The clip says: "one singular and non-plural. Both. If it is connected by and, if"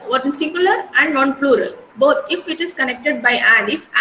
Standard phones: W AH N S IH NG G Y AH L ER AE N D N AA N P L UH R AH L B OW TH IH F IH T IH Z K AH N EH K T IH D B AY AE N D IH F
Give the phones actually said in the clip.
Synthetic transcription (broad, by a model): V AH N S IH NG G Y AH L ER AE N D N AA N P L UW R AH L B OW T IH F IH T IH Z K AH N EH K T IH D B AY AE N D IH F